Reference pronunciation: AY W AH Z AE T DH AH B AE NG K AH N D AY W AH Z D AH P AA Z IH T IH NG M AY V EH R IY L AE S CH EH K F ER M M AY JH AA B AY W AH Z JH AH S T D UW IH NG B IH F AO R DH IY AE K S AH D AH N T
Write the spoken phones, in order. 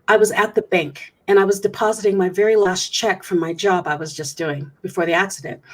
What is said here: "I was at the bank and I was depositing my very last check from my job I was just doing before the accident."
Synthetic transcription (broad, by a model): AY W AH Z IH T DH AH B AE NG K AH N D AY W AH Z D AH P AA Z IH T IH NG M AY V EH R IY L AE S CH EH K F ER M M AY JH AA B AY W AH Z JH AH S D UW IH NG B IH F AO R DH IY AE K S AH D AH N T